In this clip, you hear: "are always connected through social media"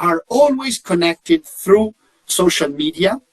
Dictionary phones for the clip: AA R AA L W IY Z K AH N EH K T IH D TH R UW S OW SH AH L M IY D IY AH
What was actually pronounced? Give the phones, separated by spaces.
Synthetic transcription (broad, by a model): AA R AA L W IY Z K AH N EH K T IH D TH R UW S OW SH AH L M IY D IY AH